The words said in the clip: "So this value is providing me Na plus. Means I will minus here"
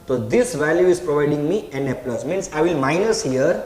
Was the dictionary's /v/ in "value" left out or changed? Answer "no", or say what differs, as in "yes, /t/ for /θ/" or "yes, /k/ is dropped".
no